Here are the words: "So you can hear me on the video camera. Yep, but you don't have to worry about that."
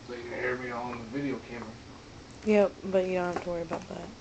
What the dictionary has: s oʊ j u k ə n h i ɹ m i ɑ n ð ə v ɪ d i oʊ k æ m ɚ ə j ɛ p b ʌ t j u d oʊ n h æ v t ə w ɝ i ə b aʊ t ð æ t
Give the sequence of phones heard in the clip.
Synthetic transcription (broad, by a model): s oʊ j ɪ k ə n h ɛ ɹ m i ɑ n ð ə v ɪ d i oʊ k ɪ m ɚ j ɛ p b ʌ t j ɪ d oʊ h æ f t ə w ɝ i ə b aʊ t ð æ t